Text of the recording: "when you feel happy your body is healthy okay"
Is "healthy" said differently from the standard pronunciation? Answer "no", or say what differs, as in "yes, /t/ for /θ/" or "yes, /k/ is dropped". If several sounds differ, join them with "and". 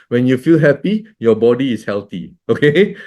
yes, /t/ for /θ/